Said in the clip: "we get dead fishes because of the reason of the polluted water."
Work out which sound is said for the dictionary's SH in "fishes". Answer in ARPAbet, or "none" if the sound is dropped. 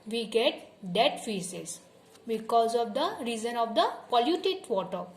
S